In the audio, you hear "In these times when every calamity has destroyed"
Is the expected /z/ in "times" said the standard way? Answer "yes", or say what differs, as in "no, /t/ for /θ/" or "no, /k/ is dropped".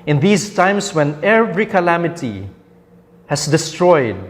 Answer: no, /s/ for /z/